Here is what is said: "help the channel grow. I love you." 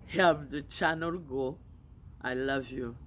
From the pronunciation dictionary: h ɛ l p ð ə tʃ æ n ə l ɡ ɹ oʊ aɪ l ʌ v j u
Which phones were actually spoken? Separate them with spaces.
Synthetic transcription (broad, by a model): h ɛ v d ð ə tʃ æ n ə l ɡ oʊ aɪ l ʌ v j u